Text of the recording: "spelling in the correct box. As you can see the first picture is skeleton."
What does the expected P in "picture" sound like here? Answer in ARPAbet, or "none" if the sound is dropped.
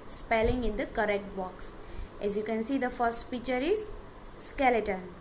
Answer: F